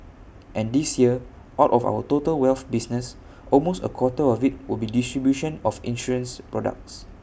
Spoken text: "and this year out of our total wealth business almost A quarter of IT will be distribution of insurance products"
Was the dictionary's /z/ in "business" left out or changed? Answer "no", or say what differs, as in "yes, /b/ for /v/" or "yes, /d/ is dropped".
yes, /s/ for /z/